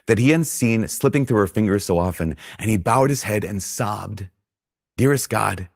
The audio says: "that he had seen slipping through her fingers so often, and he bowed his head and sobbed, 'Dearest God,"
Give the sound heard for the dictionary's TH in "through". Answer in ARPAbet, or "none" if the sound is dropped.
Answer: TH